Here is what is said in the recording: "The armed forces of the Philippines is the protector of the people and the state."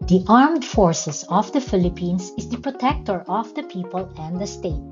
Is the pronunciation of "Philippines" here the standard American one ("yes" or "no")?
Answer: no